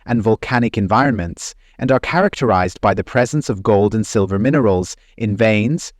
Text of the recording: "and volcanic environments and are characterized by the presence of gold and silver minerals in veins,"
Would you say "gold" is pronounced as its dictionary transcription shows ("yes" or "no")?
yes